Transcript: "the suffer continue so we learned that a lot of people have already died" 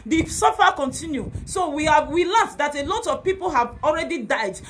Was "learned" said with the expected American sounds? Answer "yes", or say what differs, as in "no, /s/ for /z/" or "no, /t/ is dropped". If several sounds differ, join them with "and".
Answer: no, /w/ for /l/ and /l/ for /n/